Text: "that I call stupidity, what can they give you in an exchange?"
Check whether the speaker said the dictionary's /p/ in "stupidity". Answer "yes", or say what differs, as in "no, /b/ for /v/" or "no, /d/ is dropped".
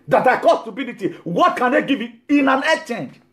no, /b/ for /p/